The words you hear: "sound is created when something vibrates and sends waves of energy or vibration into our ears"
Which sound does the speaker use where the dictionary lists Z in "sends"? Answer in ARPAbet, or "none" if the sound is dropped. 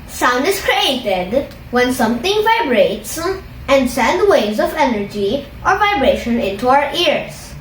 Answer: none